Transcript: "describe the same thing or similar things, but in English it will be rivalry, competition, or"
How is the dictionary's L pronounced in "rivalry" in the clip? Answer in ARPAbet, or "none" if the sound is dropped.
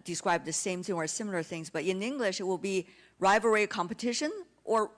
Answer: none